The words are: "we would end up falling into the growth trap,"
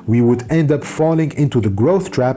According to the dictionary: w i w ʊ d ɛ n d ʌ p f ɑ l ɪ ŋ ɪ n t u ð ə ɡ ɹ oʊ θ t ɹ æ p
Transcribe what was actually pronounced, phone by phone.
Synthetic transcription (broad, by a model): w i w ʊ d ɛ n d ʌ p f ɑ l ɪ ŋ ɪ n t u ð ə ɡ ɹ oʊ θ t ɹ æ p